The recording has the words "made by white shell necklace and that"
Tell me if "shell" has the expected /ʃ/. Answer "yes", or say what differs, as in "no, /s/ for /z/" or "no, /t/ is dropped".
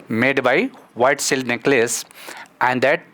no, /s/ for /ʃ/